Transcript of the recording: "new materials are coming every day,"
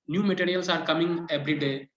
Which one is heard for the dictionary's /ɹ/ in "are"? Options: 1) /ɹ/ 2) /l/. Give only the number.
1